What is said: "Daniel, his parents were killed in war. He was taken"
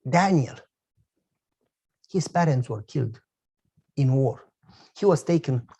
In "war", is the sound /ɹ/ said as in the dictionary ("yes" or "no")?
yes